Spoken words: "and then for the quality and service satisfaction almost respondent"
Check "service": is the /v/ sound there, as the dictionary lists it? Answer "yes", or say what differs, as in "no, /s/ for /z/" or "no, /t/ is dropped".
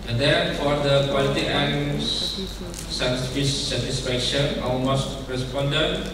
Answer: no, /f/ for /v/